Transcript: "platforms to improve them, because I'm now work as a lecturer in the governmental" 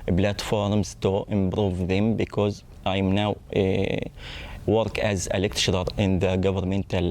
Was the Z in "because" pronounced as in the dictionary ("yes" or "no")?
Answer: yes